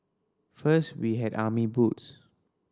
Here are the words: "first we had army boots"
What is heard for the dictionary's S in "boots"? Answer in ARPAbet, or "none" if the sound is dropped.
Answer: S